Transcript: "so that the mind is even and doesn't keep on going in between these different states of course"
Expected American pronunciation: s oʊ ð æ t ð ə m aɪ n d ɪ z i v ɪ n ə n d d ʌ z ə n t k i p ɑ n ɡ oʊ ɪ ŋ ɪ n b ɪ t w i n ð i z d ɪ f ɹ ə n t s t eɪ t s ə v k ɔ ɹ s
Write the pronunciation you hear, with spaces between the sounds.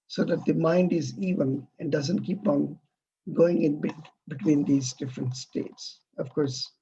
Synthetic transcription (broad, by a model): s oʊ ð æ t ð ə m aɪ n d ɪ z i v ɪ n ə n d d ʌ z ə n t k i p ɑ n ɡ oʊ ɪ ŋ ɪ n b ɪ t w i n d i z d ɪ f ɹ ə n t s t eɪ t s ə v k ɔ ɹ s